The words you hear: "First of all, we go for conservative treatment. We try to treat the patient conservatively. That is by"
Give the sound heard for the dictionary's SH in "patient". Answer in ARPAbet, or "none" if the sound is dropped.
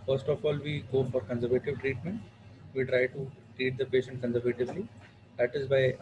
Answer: SH